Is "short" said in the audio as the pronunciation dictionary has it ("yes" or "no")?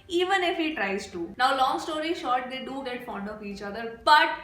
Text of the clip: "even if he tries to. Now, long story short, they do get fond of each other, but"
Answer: yes